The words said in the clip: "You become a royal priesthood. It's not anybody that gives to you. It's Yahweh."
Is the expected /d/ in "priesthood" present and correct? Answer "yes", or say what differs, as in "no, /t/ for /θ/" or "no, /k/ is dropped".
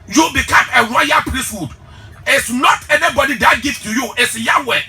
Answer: yes